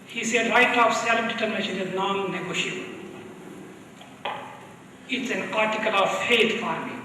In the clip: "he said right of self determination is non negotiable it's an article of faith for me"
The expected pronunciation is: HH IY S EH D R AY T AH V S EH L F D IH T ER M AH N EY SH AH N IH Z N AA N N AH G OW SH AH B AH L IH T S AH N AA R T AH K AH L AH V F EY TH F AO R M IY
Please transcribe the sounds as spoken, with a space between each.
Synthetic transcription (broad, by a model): HH IY S EH D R AY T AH F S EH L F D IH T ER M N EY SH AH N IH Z N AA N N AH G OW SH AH AH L IH T S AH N AA R T AH K AH L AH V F EY T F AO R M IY